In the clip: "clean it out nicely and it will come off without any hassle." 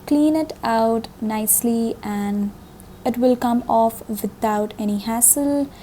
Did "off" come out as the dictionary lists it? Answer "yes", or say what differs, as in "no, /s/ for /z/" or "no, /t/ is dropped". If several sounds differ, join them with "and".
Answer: yes